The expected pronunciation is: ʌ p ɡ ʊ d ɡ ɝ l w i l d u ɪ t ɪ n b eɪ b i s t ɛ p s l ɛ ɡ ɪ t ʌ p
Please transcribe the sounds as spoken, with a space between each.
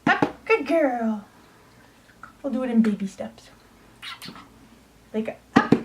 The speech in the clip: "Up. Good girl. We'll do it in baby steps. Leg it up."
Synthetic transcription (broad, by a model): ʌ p ɡ ʊ d ɡ ɝ l w i l d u ɪ t ɪ n b eɪ b i s t ɛ p s l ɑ ɪ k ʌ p